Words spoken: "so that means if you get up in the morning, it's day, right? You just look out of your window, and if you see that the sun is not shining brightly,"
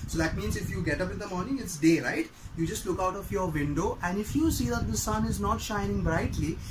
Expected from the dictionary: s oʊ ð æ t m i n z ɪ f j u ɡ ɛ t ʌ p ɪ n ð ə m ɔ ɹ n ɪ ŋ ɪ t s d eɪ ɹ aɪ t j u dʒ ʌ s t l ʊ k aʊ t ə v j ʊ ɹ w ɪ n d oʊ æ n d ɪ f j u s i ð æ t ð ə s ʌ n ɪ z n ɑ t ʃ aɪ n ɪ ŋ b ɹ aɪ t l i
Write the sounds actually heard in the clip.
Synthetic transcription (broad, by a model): s oʊ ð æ t m i n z ɪ f j u ɡ ɛ t ʌ p ɪ n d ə m ɔ ɹ n ɪ ŋ ɪ t s d eɪ ɹ aɪ t j u dʒ ʌ s t l ʊ k aʊ t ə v j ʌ ɹ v ɪ n d oʊ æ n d ɪ f j u s i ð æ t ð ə s ʌ n ɪ z n ɑ t ʃ aɪ n ɪ ŋ b ɹ aɪ t l i